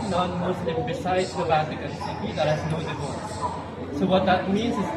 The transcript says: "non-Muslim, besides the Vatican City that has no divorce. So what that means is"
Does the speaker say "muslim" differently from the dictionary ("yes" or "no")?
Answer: yes